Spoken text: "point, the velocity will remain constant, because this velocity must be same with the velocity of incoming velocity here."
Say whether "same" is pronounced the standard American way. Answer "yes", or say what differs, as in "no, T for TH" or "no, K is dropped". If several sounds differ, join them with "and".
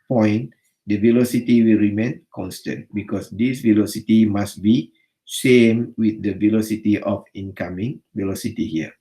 no, SH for S